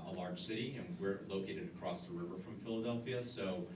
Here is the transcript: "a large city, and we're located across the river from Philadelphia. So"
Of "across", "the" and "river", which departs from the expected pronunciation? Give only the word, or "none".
none